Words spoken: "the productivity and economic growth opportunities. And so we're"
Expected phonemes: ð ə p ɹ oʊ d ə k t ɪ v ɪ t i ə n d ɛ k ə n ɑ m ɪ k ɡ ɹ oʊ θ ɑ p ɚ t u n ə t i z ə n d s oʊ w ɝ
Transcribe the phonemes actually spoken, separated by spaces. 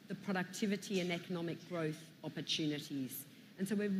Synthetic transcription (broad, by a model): ð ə p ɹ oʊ d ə k t ɪ v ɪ t i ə n ɛ k ə n ɑ m ɪ k ɡ ɹ oʊ θ ɑ p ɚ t u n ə t i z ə n s oʊ w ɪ